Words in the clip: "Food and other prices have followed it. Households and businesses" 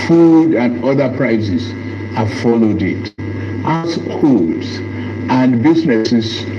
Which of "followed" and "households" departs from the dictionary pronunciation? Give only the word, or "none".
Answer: households